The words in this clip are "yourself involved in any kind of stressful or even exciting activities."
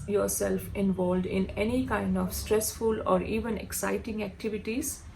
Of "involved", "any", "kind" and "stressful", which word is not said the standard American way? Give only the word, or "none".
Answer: none